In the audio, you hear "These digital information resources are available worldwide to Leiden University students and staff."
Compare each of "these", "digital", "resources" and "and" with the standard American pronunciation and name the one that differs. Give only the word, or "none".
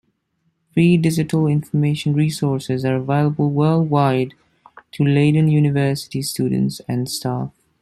these